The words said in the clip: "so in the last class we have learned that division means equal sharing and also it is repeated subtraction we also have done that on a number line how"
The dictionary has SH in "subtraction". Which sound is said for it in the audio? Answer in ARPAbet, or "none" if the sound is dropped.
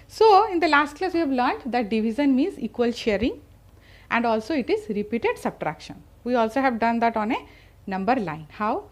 SH